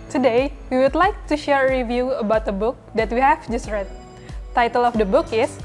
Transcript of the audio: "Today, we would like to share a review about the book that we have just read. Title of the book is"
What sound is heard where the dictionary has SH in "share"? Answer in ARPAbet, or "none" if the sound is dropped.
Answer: SH